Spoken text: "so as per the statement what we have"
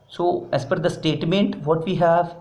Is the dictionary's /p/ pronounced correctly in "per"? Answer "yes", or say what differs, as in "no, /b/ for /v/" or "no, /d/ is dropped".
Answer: no, /f/ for /p/